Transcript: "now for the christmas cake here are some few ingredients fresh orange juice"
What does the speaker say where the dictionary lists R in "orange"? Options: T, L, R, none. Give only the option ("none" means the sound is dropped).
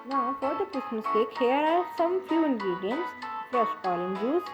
L